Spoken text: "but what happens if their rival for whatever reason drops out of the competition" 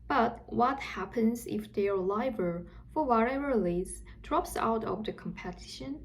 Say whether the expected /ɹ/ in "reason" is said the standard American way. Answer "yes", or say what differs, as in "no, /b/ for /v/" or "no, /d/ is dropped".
no, /l/ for /ɹ/